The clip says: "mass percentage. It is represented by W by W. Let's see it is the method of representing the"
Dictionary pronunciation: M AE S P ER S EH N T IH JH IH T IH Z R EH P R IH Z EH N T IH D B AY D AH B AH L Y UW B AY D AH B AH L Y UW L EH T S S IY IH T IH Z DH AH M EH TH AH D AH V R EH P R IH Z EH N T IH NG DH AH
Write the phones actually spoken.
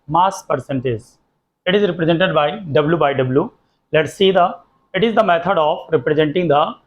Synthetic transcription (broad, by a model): M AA S P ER S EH N T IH Z IH T IH Z R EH P R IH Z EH N T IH D B AY D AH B L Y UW B AY D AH B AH L Y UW L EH T S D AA IH T IH Z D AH M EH T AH D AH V R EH P R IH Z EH N T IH NG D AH